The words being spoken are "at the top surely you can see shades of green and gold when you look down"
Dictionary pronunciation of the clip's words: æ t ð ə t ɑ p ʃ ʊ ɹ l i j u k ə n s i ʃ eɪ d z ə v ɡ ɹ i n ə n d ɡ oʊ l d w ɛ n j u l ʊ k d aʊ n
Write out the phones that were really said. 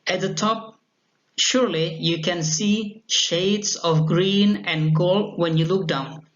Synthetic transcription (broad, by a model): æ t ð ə t ɑ p ʃ ʊ ɹ l i j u k ə n s i ʃ eɪ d s ə v ɡ ɹ i n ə n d ɡ oʊ l d w ɛ n j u l ʊ k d aʊ n